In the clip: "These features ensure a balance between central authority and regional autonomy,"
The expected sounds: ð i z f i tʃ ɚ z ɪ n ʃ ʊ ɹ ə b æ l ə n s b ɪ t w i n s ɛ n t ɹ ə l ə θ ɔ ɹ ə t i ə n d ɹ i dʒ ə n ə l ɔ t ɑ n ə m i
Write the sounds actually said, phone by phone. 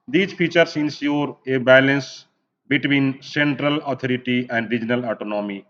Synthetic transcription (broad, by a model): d i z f i tʃ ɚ s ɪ n s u ɹ ə b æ l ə n s b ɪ t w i n s ɛ n t ɹ ə l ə t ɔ ɹ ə t i ə n d ɹ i dʒ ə n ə l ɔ t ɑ n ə m i